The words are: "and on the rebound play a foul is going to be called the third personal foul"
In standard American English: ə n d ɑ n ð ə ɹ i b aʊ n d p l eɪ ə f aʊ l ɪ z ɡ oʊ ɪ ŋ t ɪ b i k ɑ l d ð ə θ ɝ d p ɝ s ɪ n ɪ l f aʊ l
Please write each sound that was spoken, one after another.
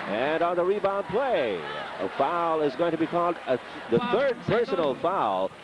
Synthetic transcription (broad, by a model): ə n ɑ n ð ə ɹ i b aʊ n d p l eɪ ə f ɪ l ɪ z ɡ oʊ ɪ ŋ t ɪ b i k ɑ l d ð ə θ ɝ d p ɝ s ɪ n l f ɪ l